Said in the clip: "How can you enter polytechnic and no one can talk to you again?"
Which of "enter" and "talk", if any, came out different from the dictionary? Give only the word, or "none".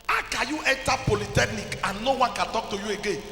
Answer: enter